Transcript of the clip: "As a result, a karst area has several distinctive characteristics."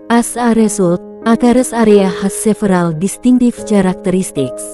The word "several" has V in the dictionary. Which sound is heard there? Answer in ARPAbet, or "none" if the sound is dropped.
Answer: F